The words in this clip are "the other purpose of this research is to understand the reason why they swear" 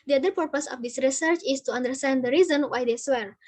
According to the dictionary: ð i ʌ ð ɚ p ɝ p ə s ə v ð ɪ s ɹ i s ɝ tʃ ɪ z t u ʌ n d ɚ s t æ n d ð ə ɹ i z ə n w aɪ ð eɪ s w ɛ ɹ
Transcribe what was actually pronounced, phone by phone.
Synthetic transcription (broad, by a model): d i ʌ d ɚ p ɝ p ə s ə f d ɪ s ɹ i s ɝ tʃ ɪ s t u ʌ n d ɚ s t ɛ n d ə ɹ i z ə n w aɪ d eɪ s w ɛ ɹ